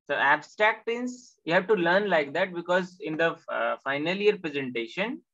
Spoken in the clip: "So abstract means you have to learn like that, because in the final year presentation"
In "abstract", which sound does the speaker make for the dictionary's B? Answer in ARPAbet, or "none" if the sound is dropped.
B